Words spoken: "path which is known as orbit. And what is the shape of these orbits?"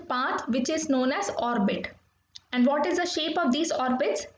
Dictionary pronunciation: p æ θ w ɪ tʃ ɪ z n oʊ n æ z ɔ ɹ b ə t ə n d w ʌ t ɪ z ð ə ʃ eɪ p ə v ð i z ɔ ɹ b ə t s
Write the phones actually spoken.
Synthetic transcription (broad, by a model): p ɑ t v ɪ tʃ ɪ z n oʊ n æ z ɔ ɹ b ə t ə n d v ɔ t ɪ z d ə ʃ eɪ p ə v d i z ɔ ɹ b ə t s